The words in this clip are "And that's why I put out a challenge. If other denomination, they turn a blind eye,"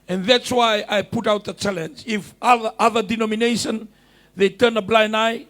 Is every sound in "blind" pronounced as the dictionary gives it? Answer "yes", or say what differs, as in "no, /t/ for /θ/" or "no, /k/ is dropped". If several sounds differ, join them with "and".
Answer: no, /d/ is dropped